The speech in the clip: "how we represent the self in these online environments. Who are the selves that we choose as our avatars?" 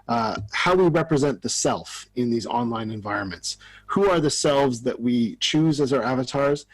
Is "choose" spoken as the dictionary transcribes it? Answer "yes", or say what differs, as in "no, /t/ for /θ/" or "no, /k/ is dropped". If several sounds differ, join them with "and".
yes